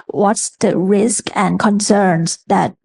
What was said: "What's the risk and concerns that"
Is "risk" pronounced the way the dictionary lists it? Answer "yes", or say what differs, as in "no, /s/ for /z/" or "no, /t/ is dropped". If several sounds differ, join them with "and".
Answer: yes